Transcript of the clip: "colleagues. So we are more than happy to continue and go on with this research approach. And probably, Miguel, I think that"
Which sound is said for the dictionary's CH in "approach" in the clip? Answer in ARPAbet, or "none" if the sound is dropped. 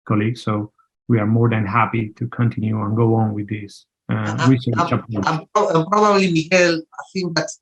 none